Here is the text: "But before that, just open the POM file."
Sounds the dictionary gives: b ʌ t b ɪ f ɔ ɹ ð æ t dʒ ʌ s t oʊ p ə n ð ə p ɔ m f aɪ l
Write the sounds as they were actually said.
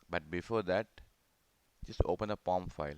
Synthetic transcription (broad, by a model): b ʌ t b ɪ f ɔ ɹ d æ t dʒ ʌ s t oʊ p ə n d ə p ɔ m f aɪ l